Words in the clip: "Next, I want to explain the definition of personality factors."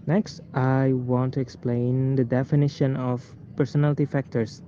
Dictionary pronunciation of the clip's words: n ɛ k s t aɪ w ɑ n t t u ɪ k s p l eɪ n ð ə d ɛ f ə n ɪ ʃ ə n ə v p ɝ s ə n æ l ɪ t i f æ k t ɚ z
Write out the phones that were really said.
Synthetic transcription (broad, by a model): n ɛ k s t aɪ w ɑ n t t u ɪ k s p l eɪ n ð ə d ɛ f ə n ɪ ʃ ə n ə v p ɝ s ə n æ l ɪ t i f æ k t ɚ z